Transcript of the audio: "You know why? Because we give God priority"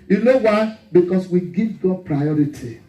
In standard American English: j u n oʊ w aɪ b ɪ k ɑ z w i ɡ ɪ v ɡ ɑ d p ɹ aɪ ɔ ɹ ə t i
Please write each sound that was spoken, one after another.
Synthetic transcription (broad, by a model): j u n oʊ w aɪ b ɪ k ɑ s w i ɡ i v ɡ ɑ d p ɹ aɪ ɔ ɹ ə t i